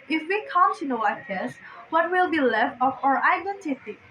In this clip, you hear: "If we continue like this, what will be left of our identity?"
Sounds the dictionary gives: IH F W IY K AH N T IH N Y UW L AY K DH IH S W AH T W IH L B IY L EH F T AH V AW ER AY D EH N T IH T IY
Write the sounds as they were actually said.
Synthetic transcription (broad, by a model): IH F W IY K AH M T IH N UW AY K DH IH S W AH T W IH L B IY L EH F T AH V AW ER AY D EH N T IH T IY